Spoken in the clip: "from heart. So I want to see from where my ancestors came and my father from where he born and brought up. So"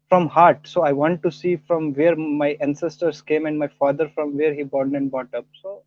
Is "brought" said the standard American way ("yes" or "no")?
no